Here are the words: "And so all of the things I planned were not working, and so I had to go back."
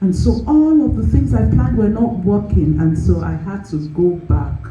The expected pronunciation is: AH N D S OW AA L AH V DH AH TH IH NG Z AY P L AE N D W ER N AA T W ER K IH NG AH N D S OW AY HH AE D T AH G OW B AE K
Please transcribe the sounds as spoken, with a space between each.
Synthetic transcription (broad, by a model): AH N S OW AA L AH V DH AH TH IH NG Z AY P L AE N D W ER N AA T W ER K IH NG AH N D S OW AY HH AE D T AH G OW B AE K